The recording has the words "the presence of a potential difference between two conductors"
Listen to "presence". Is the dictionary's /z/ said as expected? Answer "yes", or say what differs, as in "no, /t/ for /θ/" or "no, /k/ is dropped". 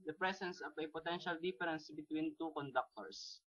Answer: no, /s/ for /z/